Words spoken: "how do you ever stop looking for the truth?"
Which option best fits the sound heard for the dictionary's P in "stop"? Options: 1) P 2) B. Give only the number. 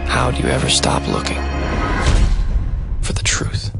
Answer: 1